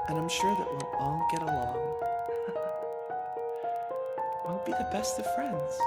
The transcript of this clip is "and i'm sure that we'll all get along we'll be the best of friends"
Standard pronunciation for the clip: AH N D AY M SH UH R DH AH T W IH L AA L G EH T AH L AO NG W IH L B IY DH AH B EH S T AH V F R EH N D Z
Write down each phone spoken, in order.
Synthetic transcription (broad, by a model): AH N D AY M SH UH R DH AH T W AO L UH N G EH T AH L AO NG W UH N B IY DH AH B EH S T AH V F R EH N D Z